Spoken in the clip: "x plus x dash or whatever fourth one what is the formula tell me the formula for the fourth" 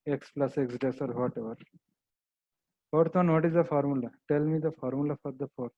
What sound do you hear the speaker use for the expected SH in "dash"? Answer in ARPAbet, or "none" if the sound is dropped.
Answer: S